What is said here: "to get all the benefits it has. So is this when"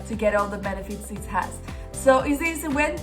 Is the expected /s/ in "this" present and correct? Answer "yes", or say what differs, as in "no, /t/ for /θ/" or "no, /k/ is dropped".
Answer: no, /s/ is dropped